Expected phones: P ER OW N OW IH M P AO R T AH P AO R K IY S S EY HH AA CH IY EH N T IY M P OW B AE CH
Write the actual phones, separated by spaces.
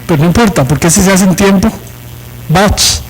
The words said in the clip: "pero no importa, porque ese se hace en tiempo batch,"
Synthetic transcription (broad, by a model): P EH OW N OW IH M P AO R T AH P AO R K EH S S EY AA S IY N T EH M P OW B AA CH